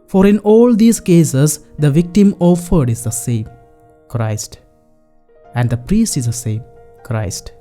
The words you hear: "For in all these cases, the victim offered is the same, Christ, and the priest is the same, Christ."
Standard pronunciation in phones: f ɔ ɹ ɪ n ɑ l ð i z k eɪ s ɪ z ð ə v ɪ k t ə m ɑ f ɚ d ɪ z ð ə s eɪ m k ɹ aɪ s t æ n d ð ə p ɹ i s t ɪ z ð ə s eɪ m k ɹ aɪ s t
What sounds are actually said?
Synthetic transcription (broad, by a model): f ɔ ɹ ɪ n ɑ l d i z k eɪ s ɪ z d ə v ɪ k t ə m ɑ f ɚ d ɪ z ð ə s eɪ m k ɹ aɪ s t æ n d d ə p ɹ i s t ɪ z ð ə s eɪ m k ɹ aɪ s t